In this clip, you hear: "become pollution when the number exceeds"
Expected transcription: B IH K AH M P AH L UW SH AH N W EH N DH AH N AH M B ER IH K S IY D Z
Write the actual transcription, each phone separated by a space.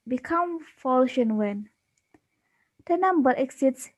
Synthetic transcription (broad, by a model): B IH K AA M F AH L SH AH N W EH N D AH N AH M B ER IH K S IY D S